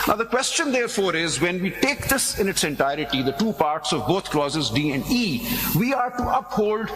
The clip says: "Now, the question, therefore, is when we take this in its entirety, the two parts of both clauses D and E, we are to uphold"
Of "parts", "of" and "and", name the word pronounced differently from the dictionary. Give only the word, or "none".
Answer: none